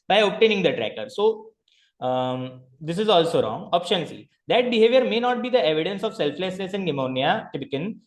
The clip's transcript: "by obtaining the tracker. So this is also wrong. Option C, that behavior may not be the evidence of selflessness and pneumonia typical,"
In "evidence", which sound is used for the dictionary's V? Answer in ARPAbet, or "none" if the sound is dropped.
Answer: V